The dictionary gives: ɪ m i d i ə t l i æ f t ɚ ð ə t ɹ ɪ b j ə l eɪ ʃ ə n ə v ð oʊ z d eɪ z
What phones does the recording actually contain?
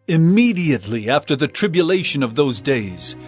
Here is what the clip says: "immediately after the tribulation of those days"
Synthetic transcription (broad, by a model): ɪ m i d i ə t l i æ f t ɚ ð ə t ɹ ɪ b j ə l eɪ ʃ ə n ə v ð oʊ z d eɪ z